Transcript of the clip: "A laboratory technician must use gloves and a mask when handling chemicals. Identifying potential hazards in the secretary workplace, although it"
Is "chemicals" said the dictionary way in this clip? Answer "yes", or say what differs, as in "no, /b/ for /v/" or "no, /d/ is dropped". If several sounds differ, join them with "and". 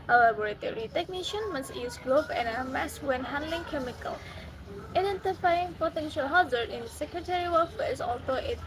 no, /z/ is dropped